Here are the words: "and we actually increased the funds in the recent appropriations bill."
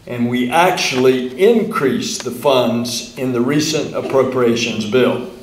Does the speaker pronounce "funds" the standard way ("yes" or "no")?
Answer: yes